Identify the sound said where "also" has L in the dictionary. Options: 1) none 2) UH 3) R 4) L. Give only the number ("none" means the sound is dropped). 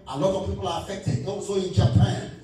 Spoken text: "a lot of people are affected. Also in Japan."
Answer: 1